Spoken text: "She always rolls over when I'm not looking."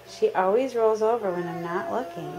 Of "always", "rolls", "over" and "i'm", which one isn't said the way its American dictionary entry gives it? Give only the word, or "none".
none